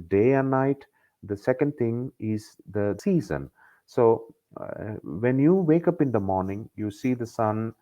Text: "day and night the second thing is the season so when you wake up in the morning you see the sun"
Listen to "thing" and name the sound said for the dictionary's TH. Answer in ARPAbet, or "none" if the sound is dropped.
T